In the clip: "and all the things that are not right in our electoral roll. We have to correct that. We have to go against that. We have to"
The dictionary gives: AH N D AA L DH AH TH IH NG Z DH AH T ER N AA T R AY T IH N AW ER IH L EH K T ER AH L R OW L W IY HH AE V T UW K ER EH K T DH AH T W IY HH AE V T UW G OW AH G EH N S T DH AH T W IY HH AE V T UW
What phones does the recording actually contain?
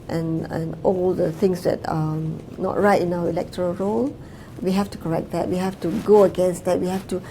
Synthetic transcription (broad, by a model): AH N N AA L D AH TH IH NG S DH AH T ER N AA T R AY T IH N AW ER IH L EH K T ER AH L R OW L W IY HH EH F T UW K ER EH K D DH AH T W IY HH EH F T UW G OW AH G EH N S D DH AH T W IY HH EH F T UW